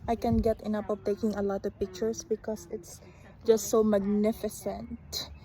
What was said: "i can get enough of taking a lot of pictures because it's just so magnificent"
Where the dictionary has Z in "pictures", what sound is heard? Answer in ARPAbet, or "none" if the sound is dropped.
S